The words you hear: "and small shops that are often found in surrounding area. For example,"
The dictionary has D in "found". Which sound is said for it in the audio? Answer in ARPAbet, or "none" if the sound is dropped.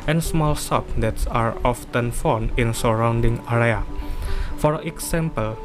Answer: none